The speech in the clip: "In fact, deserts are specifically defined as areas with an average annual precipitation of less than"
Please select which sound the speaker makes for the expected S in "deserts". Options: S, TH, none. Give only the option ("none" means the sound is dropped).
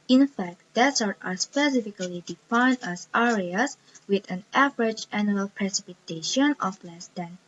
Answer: none